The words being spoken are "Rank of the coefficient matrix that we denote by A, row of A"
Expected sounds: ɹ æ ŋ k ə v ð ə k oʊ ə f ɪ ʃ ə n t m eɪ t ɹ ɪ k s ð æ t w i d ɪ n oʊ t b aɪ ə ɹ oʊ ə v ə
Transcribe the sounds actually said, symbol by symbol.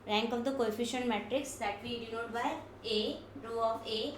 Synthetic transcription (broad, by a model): ɹ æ ŋ k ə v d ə k oʊ ə f ɪ ʃ ə n t m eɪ t ɹ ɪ k s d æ t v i d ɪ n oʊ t b aɪ ə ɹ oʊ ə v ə